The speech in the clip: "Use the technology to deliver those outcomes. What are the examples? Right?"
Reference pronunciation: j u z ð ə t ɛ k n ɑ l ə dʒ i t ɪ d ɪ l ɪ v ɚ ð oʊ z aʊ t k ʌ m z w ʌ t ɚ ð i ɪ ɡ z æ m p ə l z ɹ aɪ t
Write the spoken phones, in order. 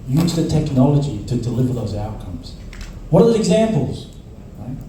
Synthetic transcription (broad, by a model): j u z ð ə t ɛ k n ɑ l ə dʒ i t ɪ d ɪ l ɪ v ɚ ð oʊ z aʊ t k ʌ m z w ʌ t ɚ ð i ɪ ɡ z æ m p l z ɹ aɪ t